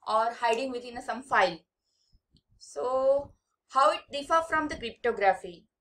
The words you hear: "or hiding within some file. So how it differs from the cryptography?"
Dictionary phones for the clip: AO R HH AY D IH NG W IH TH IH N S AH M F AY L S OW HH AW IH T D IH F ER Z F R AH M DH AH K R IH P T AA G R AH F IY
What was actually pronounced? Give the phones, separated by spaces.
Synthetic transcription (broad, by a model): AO R HH AY D IH NG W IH T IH N S AH M F AY L S OW HH AW IH T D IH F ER F R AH M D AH K R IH P T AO G R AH F IY